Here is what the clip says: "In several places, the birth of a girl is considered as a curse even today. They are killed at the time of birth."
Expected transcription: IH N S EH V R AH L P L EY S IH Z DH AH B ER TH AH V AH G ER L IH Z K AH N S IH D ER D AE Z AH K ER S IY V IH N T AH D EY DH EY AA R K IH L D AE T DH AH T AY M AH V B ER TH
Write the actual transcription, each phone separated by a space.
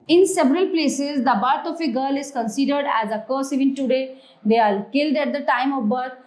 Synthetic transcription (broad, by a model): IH N S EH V R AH L P L EY S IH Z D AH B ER T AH F AH G ER L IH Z K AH N S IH D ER D AE Z AH K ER S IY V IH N T AH D EY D EY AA L K IH L D AE T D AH T AY M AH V B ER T